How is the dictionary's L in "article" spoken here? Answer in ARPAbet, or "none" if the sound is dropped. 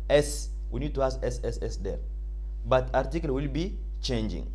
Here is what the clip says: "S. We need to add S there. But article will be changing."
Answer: L